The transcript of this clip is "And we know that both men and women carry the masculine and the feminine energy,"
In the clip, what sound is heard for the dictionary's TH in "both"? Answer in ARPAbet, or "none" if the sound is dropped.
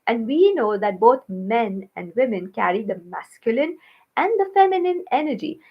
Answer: T